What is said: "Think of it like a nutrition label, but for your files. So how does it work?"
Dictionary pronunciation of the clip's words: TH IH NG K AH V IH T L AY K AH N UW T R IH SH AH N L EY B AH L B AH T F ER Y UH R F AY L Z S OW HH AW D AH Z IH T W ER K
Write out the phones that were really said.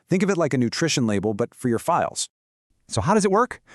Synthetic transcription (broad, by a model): TH IH NG K AH V IH T L AY K AH N UW T R IH SH AH N L EY B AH L B AH T F ER Y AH R F AY L Z S OW HH AW D AH Z IH T W ER K